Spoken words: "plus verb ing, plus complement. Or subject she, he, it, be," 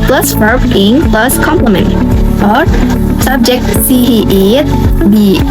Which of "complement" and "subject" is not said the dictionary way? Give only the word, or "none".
none